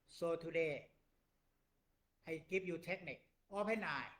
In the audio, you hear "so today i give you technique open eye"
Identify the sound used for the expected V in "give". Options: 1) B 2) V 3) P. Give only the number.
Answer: 3